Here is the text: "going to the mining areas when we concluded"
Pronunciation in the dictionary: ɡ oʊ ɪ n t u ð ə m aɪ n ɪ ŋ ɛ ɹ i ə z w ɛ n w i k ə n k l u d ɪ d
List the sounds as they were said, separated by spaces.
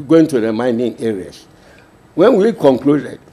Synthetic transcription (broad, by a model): ɡ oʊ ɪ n t u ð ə m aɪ n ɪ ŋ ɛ ɹ i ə s w ɛ n w i k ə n k l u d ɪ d